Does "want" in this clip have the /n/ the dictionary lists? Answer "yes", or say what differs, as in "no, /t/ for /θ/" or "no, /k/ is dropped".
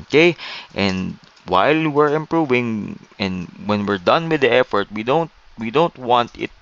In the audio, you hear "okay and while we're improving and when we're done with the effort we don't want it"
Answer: yes